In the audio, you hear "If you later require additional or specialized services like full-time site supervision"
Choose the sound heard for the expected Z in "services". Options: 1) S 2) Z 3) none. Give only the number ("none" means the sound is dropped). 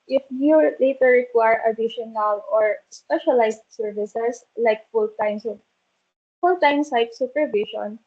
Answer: 1